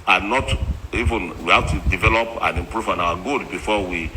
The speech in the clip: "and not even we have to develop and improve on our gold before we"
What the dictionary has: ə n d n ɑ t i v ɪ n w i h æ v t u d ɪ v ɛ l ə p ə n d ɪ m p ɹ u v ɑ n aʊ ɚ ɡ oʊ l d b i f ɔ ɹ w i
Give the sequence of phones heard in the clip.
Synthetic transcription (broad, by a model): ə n n ɑ t i v ɪ n w i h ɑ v t u d ɪ v ɛ l ə p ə n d ɪ m p ɹ u v ɑ n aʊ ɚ ɡ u d b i f ɔ w i